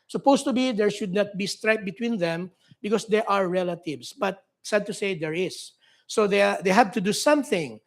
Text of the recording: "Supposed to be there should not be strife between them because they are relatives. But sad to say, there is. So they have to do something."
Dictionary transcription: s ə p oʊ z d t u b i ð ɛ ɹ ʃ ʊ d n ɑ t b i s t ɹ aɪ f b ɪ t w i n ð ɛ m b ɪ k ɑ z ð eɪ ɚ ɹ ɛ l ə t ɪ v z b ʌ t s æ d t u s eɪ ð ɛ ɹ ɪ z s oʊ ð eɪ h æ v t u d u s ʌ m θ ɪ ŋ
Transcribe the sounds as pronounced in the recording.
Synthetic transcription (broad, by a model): s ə p oʊ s t u b i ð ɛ ɹ ʃ ʊ d n ɑ t b i s t ɹ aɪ p b ɪ t w i n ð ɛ m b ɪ k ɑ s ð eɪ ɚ ɹ ɛ l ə t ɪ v s b ʌ t s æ d t u s eɪ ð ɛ ɹ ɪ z s oʊ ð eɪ h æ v t u d u s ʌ m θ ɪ ŋ